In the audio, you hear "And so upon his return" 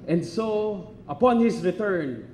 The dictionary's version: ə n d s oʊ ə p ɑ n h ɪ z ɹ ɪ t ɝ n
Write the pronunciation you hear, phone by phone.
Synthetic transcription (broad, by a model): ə n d s oʊ ə p ɑ n h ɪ s ɹ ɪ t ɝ n